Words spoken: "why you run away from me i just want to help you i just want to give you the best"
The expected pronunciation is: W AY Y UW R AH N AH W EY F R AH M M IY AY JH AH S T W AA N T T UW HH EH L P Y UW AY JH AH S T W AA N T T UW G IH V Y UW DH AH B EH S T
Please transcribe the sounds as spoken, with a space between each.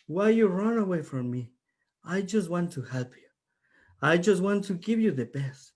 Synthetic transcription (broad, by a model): W AY Y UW R AH N AH W EY F R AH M M IY AY JH AH S T W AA N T T UW HH EH L P Y UW AY JH AH S T W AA N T T UW G IH V Y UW DH AH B EH S T